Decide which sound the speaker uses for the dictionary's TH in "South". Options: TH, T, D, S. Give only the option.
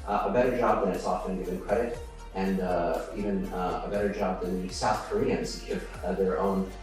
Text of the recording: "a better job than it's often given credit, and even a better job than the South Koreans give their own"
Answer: TH